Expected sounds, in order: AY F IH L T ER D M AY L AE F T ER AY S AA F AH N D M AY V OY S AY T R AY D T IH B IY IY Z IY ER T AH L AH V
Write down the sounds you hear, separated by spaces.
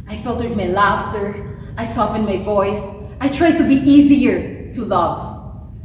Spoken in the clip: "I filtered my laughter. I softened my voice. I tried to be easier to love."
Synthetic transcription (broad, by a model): AY F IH L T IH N M AY L AE F T ER AY S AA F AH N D M AY V OY S AY T R AY D T IH B IY IY Z IY ER T AH L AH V